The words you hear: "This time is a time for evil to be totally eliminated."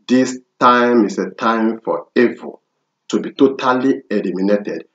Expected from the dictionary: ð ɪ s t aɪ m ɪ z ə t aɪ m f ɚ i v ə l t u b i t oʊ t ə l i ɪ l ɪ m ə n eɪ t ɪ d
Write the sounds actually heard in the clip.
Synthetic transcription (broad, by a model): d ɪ s t aɪ m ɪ s ə t aɪ m f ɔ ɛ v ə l t u b i t oʊ t ə l i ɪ l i m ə n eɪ t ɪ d